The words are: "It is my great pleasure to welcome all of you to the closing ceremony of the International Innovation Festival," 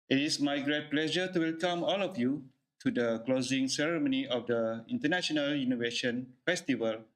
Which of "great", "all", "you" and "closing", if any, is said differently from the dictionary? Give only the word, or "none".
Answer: none